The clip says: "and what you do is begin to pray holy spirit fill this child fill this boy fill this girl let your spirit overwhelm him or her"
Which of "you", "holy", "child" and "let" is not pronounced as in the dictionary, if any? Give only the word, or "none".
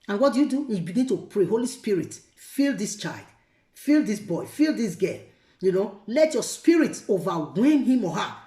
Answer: none